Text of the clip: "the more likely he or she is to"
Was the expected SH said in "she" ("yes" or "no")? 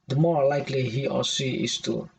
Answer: no